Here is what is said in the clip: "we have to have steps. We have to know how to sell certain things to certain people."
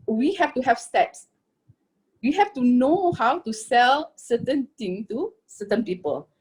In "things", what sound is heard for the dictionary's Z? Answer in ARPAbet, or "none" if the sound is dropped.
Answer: none